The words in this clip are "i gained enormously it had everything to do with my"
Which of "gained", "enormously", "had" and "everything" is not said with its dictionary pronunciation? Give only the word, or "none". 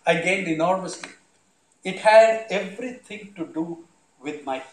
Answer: everything